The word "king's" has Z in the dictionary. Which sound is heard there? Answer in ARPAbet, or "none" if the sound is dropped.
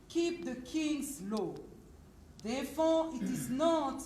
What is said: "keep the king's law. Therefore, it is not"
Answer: S